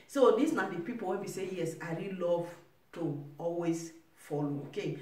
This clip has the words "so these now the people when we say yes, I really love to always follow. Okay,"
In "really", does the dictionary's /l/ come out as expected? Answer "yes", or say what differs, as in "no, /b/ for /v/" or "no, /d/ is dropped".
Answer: yes